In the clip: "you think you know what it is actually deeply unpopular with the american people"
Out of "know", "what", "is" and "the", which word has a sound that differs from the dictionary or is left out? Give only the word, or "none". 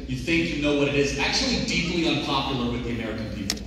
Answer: none